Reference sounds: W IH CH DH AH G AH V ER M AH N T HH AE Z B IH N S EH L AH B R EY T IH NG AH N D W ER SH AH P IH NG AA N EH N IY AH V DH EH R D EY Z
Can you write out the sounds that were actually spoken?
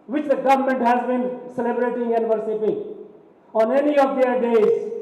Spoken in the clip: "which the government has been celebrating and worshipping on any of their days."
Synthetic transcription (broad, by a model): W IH CH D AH G AH V ER M AH N T HH AE Z B IH N S EH L AH B R EY T IH NG AH N D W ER S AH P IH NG AA N EH N IY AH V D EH R D EY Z